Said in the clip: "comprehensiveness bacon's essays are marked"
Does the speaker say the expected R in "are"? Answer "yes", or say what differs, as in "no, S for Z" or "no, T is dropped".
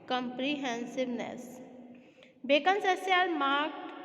no, L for R